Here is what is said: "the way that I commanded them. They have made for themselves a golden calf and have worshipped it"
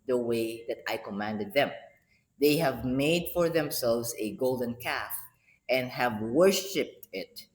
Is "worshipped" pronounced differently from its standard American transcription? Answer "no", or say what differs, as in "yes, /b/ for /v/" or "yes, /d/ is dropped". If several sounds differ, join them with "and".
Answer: no